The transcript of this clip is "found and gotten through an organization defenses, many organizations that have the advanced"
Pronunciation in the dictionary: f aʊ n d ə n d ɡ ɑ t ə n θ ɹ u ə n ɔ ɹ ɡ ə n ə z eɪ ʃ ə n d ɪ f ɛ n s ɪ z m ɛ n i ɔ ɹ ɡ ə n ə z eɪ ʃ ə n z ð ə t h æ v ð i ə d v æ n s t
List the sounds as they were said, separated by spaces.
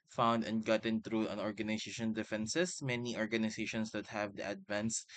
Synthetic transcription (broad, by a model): f aʊ n d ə n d ɡ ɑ t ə n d ɹ u ə n ɔ ɹ ɡ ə n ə s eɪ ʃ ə n d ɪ f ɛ n s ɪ s m ɛ n i ɔ ɹ ɡ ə n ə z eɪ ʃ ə n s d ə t h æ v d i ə d v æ n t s